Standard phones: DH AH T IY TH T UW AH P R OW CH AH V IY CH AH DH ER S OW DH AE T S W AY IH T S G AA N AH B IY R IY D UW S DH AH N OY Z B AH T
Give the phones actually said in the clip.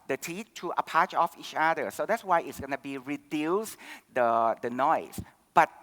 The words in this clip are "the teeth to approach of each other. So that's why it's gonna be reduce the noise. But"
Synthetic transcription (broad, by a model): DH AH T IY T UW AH P AA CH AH F IY CH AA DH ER S OW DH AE T S W AY IH T S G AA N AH B IY R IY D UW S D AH N OY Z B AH T